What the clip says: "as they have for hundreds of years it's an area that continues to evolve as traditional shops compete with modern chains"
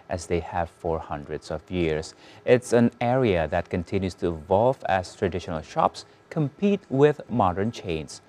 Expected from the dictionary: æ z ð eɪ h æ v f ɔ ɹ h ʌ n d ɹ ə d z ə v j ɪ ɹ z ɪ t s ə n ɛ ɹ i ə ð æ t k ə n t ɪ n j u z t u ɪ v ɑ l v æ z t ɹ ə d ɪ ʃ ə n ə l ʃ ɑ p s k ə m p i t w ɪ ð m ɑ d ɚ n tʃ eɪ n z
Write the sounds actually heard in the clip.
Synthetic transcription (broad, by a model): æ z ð eɪ h æ v f ɔ ɹ h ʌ n d ɹ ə d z ə v j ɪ ɹ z ɪ t s ə n ɛ ɹ i ə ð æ t k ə n t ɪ n j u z t u ɪ v ɑ l v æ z t ɹ ə d ɪ ʃ ə n ə l ʃ ɑ p s k ə m p i t w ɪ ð m ɑ d ɚ n tʃ eɪ n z